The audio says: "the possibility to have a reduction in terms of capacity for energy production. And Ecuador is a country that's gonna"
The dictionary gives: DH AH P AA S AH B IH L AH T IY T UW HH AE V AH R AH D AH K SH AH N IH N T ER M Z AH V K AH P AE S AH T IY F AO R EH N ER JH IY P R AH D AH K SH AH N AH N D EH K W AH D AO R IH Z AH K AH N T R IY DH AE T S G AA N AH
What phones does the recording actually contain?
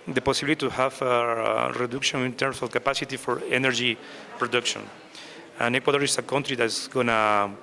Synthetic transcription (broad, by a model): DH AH P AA S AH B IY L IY T UW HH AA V AH R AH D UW K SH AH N IH N T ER M S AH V K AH P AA S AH T IY F AO R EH N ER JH IY P R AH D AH K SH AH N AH N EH K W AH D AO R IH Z AH K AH N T R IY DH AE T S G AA N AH